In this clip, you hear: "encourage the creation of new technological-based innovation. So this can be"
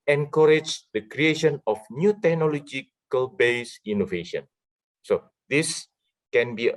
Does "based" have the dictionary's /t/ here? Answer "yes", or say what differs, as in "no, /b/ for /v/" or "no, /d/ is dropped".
no, /t/ is dropped